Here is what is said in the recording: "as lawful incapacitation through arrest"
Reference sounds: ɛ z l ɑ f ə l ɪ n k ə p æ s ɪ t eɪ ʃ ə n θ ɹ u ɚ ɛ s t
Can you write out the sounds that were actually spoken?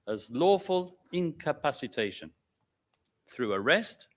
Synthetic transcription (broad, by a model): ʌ z l ɑ f ə l ɪ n k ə p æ s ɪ t eɪ ʃ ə n θ ɹ u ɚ ɛ s t